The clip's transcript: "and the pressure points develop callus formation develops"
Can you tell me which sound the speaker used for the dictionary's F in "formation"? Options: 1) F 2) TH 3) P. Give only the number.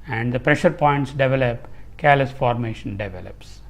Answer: 1